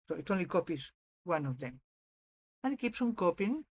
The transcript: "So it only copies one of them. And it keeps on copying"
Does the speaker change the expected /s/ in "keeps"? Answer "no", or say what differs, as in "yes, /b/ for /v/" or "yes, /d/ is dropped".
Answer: no